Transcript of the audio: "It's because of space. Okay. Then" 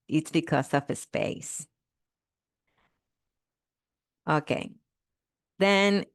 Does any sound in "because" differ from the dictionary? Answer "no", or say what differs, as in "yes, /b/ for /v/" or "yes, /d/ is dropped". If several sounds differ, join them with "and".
yes, /s/ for /z/